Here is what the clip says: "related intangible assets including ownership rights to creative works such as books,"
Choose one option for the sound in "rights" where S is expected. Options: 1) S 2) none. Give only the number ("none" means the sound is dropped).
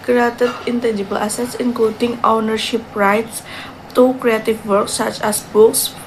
1